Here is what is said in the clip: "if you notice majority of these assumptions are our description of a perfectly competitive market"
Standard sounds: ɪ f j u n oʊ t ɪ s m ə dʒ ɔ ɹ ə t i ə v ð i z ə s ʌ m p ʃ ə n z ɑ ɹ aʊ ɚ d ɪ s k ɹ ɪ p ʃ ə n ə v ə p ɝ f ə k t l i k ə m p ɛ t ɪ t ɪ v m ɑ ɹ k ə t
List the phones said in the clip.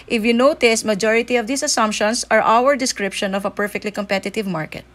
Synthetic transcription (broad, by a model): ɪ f j u n oʊ t ɪ s m ə dʒ ɔ ɹ ə t i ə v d i s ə s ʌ m p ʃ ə n s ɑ ɹ aʊ ɚ d ɪ s k ɹ ɪ p ʃ ə n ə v ə p ɝ f ə k t l i k ə m p ɛ t ɪ t ɪ v m ɑ ɹ k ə t